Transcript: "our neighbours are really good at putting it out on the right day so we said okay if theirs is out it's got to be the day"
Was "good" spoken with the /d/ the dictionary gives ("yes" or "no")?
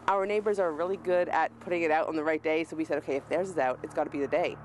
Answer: yes